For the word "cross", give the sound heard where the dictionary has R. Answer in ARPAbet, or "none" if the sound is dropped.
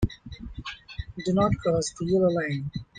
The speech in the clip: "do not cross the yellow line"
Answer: none